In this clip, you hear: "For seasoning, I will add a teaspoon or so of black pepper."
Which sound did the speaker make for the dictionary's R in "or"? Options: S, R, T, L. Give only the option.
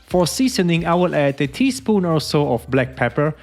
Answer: L